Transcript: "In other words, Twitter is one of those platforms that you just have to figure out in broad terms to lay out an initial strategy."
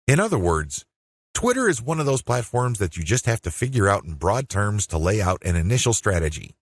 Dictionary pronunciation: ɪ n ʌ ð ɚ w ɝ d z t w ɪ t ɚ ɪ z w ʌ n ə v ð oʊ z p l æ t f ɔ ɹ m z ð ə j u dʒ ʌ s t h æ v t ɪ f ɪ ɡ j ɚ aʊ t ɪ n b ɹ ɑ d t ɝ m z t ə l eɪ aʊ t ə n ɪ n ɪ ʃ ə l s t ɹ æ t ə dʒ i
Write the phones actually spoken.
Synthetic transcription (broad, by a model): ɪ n ʌ ð ɚ w ɝ d z t w ɪ t ɚ ɪ z w ʌ n ə v ð oʊ z p l æ t f ɔ ɹ m z ð ə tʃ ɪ dʒ ʌ s t h æ f t ɪ f ɪ ɡ j ɚ aʊ t n b ɹ ɑ d t ɝ m z t ə l eɪ aʊ t ə n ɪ n ɪ ʃ l s t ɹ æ t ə dʒ i